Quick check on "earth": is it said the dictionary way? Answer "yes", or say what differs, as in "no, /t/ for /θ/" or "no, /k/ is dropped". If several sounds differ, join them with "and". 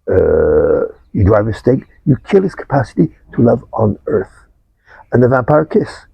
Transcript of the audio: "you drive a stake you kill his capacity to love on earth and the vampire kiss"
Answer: yes